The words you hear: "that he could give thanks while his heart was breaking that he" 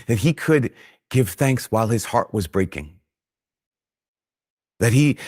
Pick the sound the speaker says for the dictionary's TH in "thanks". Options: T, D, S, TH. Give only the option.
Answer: TH